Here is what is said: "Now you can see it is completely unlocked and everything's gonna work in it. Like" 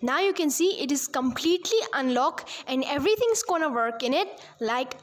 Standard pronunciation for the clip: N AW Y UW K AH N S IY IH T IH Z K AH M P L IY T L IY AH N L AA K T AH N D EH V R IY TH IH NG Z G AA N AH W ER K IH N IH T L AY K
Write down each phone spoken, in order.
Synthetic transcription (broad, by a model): N AW Y UW K AH N S IY IH T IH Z K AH M P L IY T L IY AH N L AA K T AH N D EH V R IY T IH NG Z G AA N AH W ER K IH N IH T L AY K